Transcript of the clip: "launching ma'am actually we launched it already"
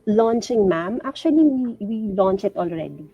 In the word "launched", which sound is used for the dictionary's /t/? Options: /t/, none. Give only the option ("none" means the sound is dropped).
none